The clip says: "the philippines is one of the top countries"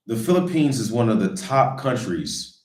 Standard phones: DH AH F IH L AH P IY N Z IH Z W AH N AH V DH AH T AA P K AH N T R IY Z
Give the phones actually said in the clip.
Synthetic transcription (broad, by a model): DH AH F IH L AH P IY N Z IH Z W AH N AH V DH AH T AA P K AH N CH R IY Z